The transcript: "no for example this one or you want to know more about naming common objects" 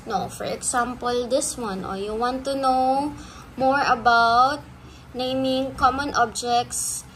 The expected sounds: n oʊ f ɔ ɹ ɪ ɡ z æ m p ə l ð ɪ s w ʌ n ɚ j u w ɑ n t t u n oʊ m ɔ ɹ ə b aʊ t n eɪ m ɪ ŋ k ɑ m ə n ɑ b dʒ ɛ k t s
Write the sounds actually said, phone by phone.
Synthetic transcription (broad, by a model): n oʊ f ɔ ɹ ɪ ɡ s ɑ m p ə l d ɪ s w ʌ n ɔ j u w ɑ n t t u n oʊ m ɔ ɹ ə b aʊ t n eɪ m ɪ ŋ k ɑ m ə n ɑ b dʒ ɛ k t s